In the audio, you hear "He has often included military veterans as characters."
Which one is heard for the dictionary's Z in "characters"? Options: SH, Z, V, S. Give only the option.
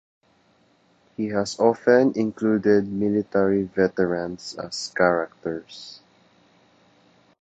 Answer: S